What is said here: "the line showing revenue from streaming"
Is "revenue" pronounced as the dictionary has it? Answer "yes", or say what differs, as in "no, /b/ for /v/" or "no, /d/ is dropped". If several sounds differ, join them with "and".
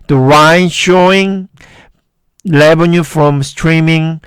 no, /l/ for /ɹ/ and /b/ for /v/